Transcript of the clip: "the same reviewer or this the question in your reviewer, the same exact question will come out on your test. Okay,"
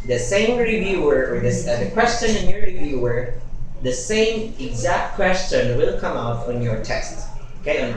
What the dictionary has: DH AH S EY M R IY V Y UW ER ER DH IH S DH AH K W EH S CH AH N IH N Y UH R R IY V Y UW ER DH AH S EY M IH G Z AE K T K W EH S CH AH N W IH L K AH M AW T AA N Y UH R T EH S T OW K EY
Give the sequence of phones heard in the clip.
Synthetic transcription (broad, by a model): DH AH S EY M R IY V Y UW ER ER DH IH S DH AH K W EH S CH AH N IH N Y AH R R IY V Y UW ER DH AH S EY M IH G Z AE K T K W EH S CH AH N W IH L K AH M AW T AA N Y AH R T EH S T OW K EY